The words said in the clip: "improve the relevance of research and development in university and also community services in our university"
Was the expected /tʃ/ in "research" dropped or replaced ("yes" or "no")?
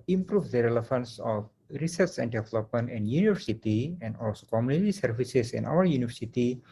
yes